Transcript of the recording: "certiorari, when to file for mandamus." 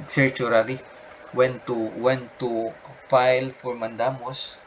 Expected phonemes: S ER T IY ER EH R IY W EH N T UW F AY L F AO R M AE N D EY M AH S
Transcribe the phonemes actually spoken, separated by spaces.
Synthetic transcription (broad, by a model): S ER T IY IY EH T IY W EH N T UW F AY L F AO R M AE N D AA M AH S